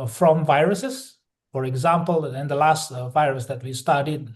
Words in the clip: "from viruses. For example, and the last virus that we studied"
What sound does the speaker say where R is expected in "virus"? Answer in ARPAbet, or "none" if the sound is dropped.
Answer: R